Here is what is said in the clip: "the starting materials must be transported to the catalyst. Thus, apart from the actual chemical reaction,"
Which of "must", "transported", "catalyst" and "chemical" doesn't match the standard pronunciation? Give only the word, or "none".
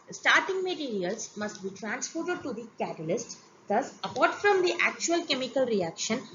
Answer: transported